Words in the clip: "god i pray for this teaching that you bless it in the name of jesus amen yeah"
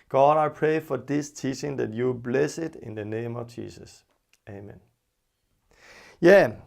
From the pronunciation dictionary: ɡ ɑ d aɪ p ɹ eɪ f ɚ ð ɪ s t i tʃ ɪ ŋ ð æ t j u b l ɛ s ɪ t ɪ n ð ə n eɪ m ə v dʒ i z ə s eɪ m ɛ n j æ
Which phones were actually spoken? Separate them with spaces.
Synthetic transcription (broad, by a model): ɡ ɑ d aɪ p ɹ eɪ f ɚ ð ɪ s t i tʃ ɪ ŋ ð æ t j u b l ɛ s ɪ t ɪ n ð ə n eɪ m ə v dʒ i s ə s eɪ m ɛ n j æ